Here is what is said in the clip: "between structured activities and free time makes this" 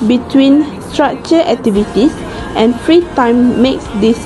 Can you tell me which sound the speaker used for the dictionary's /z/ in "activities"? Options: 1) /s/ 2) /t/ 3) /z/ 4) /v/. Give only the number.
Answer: 1